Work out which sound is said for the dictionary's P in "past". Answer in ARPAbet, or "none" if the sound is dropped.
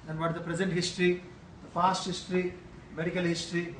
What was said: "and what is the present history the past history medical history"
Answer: F